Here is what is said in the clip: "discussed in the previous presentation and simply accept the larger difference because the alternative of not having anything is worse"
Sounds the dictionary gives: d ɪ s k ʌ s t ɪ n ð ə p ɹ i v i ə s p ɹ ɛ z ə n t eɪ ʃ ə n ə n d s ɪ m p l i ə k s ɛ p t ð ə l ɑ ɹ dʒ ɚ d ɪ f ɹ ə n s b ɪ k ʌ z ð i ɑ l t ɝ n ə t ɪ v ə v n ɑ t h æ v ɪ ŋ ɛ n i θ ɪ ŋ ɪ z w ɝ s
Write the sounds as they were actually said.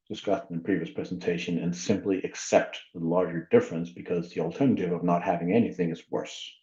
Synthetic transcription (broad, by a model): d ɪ s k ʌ s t ɪ n p ɹ i v i ə s p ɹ ɛ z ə n t eɪ ʃ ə n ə n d s ɪ m p l i ə k s ɛ p t ð ə l ɑ ɹ dʒ ɚ d ɪ f ɹ ə n s b ɪ k ʌ z ð i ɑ l t ɝ n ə t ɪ v ə v n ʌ t h æ v ɪ ŋ ɛ n i θ ɪ ŋ ɪ z w ɝ s